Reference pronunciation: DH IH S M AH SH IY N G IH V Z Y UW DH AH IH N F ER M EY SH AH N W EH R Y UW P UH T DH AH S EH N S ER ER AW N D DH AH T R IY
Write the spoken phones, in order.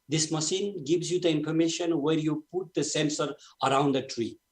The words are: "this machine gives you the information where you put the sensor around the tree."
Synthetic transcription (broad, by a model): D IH S M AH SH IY N G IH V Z Y UW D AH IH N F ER M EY SH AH N W EH R Y UW P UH T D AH S EH N S ER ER AW N D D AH T R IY